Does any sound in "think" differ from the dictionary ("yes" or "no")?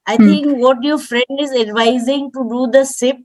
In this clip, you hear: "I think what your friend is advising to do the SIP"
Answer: yes